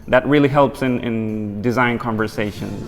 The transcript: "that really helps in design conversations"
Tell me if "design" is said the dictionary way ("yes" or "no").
yes